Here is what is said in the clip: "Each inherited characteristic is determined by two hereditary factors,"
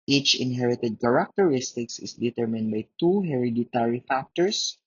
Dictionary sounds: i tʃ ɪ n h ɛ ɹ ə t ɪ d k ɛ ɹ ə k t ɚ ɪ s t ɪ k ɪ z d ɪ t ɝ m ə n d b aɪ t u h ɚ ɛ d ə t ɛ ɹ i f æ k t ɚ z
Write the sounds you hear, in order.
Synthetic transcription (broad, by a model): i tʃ ɪ n h ɛ ɹ ə t ɪ d k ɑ ɹ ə k t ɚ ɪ s t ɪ k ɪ s d ɪ t ɝ m ə n d b aɪ t u h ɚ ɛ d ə t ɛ ɹ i f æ k t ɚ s